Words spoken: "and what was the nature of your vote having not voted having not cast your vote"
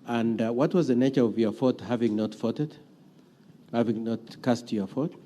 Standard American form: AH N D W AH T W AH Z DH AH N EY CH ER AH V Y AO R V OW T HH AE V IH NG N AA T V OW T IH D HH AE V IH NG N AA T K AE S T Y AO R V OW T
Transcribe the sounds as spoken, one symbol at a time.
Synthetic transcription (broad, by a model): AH N D W AH T W AH Z DH AH N EY CH ER AH V Y AO R F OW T HH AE V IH NG N AA T F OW T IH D HH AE V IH NG N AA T K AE S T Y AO R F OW T